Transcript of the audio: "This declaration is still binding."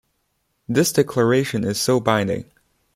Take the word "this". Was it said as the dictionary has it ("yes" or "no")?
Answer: yes